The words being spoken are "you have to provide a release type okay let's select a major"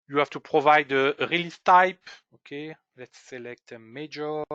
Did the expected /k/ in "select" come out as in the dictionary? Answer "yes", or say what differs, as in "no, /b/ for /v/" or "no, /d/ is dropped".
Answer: yes